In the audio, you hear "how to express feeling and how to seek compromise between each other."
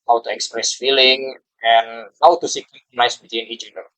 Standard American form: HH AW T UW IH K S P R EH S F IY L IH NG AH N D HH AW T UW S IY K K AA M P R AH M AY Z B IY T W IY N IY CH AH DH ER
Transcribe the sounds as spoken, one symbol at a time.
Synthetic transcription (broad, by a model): HH AW T UW IH K S P R EH S F IY L IH NG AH N HH AW T UW S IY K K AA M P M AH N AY S B IY T W IY N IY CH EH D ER